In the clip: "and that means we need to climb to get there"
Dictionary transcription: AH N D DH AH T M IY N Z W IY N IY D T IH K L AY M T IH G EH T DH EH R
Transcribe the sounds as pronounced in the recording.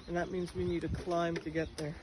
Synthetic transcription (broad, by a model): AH N DH AH T M IY N Z W IY N IY D T IH K L AY M T IH G EH T DH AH R